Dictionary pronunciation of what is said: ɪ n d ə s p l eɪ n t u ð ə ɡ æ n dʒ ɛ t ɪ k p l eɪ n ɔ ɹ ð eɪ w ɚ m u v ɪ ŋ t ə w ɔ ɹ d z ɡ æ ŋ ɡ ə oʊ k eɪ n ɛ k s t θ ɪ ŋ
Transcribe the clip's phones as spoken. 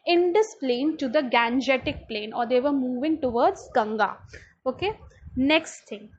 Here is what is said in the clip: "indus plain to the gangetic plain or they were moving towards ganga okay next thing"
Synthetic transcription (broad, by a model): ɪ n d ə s p l eɪ n t u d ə ɡ æ n dʒ ɛ t ɪ k p l eɪ n ɔ ɹ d eɪ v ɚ m u v ɪ ŋ t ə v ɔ ɹ d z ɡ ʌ ŋ ɡ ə oʊ k eɪ n ɛ k s t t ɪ ŋ